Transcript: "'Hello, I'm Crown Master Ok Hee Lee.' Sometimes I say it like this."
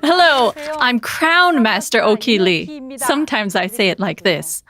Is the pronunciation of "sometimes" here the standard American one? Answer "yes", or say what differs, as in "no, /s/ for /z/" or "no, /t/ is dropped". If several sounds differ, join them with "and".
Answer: yes